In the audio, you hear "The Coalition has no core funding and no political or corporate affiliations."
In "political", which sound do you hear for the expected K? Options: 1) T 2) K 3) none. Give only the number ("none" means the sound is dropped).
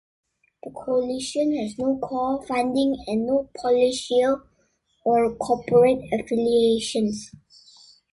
3